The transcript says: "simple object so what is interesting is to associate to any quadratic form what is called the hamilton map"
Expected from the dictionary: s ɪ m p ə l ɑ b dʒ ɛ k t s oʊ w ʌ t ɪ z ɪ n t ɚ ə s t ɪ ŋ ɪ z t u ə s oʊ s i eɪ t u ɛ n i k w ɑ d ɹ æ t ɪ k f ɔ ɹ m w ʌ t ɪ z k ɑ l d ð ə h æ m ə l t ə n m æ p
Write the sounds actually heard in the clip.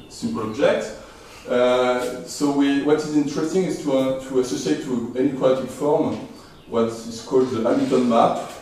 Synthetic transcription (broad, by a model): s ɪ m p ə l ɑ b dʒ ɛ k t s oʊ w ʌ t ɪ z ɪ n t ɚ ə s t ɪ ŋ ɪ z t u ə s oʊ s i eɪ t u ɛ n i k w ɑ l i t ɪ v f ɔ ɹ m w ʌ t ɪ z k ɑ l d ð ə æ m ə t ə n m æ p